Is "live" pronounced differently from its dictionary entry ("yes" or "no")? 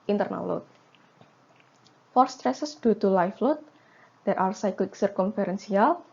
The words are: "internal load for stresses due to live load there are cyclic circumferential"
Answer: yes